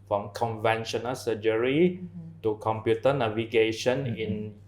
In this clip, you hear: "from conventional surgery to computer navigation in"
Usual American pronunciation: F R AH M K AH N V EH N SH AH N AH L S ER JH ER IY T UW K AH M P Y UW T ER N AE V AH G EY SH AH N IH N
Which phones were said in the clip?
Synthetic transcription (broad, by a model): F R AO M K AH N V EH N SH AH N AH L S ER JH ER IY T UW K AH M P Y UW T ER N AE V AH G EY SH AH N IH N